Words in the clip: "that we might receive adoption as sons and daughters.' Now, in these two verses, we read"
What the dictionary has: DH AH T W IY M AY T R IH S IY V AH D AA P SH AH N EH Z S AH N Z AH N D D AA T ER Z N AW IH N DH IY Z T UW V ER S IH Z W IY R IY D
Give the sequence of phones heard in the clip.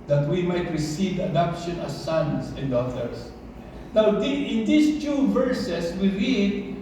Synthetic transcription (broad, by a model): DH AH T W IY M AY T R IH S IY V AH D AA P SH AH N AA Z S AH N S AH N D D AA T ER S N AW IH N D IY S T UW V ER S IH S W IY R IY D